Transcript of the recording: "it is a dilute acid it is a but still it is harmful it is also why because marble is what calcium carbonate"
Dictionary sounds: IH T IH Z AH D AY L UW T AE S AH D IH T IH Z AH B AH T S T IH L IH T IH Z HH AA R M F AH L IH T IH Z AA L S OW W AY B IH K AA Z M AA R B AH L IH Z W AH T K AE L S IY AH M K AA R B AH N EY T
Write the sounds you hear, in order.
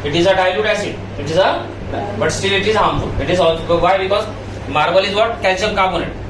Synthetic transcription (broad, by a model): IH T IH Z AH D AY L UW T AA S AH IH T IH Z AH B AH T S T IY L IH T IH Z HH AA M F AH L IH T IH Z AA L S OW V AY B IH K AA Z M AA R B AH L IH Z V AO T K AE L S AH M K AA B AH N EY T